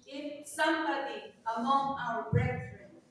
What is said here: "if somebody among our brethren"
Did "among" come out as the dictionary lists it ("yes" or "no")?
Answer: yes